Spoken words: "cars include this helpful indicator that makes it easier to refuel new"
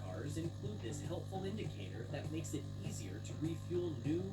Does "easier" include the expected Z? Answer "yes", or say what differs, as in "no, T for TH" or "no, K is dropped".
yes